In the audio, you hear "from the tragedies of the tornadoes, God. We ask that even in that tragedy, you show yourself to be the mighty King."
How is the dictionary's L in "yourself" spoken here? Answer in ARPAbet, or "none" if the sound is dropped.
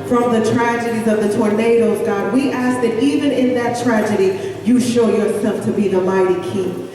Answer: L